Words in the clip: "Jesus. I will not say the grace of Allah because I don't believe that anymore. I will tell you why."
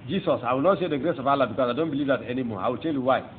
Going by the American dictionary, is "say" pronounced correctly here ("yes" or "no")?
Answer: no